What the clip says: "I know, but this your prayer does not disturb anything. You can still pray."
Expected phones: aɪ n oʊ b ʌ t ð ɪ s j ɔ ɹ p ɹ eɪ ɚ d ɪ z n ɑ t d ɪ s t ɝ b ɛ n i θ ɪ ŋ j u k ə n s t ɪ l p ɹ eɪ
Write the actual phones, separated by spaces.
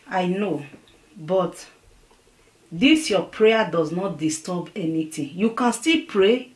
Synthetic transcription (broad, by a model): aɪ n oʊ b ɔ t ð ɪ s j ɔ p ɹ eɪ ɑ d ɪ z n ɑ t d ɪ s t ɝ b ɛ n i t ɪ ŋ j u k ə n s t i l p ɹ eɪ